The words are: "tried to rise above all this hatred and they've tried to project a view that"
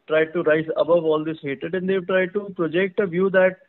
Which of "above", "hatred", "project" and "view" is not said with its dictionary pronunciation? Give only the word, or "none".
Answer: hatred